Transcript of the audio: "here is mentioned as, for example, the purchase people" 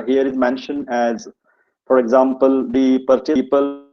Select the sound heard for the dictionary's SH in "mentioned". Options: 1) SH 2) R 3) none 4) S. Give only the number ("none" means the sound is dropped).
1